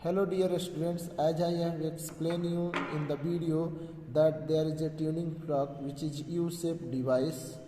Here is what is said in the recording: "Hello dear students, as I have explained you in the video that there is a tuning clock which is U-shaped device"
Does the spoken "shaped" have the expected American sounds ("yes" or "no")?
no